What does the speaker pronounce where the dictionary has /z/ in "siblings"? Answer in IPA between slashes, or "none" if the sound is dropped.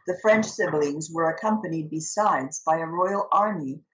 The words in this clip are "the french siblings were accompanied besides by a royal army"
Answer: /z/